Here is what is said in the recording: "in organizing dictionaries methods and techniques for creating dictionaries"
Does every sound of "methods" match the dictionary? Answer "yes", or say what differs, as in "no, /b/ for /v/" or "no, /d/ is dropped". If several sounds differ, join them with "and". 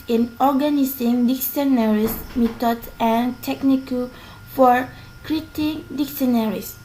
no, /t/ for /θ/ and /z/ is dropped